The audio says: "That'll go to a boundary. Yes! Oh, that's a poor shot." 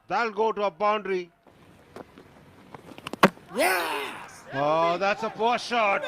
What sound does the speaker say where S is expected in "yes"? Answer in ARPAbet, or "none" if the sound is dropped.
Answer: none